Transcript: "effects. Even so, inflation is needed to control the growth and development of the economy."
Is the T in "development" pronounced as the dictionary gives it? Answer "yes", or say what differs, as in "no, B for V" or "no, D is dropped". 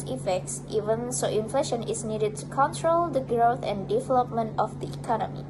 yes